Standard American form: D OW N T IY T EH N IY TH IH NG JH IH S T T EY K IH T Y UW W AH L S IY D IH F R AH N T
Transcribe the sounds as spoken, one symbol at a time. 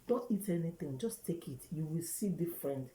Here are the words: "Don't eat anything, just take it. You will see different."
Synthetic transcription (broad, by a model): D OW N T IY T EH N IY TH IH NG JH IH S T T EY K IH T Y UW W AH L S IY D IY F R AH N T